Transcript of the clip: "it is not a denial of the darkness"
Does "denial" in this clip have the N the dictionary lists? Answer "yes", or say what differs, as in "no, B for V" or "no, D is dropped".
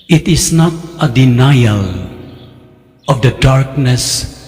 yes